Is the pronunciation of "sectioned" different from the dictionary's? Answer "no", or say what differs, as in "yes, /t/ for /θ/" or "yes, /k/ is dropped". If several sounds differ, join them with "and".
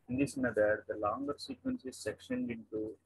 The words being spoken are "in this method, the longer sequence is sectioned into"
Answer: no